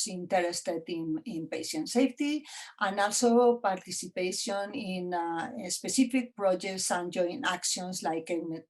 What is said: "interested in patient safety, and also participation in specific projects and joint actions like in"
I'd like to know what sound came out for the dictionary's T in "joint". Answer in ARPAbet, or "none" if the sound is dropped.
none